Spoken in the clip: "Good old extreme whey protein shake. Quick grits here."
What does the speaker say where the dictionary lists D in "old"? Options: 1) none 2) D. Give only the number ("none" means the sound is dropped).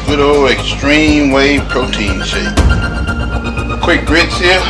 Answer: 1